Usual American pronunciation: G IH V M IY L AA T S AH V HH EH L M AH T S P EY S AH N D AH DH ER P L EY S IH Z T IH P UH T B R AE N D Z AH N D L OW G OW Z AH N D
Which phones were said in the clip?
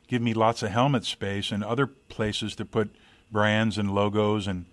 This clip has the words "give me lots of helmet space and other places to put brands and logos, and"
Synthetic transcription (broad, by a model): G IH V M IY L AA T S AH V HH EH L M AH T S P EY S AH N AH DH ER P L EY S IH Z T IH P UH T B R AE N D Z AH N L OW G OW Z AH N